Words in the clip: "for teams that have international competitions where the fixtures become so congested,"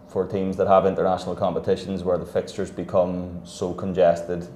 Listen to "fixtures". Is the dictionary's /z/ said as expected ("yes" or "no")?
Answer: yes